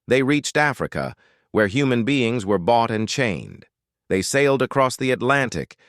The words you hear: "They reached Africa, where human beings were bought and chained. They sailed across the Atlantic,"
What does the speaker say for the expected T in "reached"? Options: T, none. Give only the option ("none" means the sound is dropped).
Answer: T